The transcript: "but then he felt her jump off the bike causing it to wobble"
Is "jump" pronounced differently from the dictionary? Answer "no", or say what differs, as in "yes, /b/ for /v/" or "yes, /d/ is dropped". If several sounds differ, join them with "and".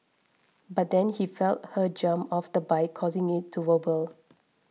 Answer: yes, /p/ is dropped